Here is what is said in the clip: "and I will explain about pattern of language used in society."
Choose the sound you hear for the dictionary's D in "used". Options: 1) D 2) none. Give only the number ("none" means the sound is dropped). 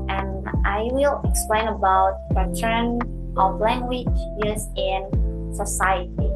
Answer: 2